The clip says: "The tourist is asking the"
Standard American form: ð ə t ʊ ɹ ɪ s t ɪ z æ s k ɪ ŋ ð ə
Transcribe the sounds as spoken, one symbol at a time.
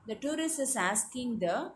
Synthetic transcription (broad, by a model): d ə t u ɹ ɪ s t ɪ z æ s k ɪ ŋ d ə